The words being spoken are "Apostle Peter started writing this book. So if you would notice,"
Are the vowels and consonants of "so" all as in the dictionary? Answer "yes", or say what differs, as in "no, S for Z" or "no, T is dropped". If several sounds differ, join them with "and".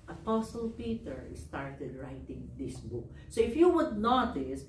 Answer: yes